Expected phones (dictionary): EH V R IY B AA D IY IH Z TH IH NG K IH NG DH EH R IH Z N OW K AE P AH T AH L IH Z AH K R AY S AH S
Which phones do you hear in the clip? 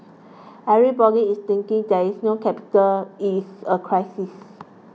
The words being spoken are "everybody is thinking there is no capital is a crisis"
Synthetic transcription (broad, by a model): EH R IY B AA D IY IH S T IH NG K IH NG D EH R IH S N OW K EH P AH T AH L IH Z AH K R AY S AH S